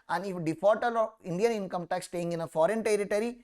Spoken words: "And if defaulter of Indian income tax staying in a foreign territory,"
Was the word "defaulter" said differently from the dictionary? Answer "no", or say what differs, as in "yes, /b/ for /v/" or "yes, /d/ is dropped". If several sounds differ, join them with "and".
yes, /l/ is dropped